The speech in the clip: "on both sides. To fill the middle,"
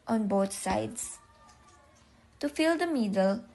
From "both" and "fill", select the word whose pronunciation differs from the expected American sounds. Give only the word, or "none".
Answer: both